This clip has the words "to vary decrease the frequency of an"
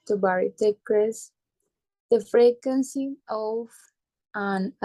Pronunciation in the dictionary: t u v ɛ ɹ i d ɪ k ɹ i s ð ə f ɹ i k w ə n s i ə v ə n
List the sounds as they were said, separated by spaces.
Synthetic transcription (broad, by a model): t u b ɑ ɹ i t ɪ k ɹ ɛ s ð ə f ɹ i k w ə n s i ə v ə n